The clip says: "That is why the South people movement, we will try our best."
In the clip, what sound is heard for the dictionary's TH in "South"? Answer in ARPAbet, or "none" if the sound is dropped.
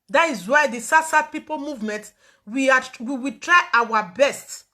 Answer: S